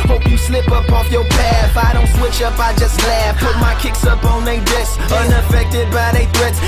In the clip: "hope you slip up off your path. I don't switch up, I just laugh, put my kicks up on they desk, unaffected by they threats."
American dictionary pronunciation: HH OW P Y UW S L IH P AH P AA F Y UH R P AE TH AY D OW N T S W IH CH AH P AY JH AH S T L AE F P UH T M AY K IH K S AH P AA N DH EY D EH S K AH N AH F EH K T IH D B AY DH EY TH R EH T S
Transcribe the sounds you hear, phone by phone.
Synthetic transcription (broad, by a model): HH OW P Y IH S L IH P AH P AA F Y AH R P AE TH AY D OW N T S W IH CH AH P AY JH AH S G L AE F P UH T M AY K IH K S AH P N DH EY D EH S AH N AH F EH K T IH D B AY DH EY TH R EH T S